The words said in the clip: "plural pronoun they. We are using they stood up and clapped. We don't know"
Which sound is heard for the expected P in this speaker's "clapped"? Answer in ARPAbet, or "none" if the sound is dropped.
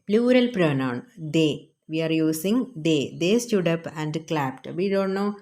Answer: P